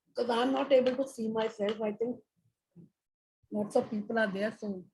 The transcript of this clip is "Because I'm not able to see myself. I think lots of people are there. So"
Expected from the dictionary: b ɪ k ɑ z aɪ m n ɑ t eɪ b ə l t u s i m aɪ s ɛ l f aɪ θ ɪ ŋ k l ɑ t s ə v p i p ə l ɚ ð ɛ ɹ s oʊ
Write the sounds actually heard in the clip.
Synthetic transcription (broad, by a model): k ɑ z aɪ m n ɑ t eɪ b ə l t u s i m aɪ s ɛ l f aɪ t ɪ ŋ k n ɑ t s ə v p i p ə l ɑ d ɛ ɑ s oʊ